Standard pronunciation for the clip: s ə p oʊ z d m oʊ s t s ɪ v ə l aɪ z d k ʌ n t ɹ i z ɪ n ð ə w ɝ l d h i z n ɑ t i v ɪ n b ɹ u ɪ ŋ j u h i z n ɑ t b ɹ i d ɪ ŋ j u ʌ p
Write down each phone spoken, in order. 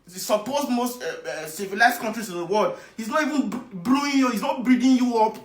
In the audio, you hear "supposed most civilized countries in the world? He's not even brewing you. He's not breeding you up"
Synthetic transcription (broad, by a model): s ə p oʊ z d m oʊ s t s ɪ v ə l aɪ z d k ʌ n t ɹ i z ɪ n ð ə w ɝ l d h i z n ɑ t i v ɪ n b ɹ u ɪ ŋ j u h i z n ɑ t b ɹ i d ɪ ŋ j u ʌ p